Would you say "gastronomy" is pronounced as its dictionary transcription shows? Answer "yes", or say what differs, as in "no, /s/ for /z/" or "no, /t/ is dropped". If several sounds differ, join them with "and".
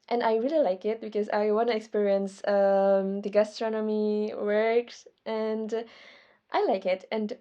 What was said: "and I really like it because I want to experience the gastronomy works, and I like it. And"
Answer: yes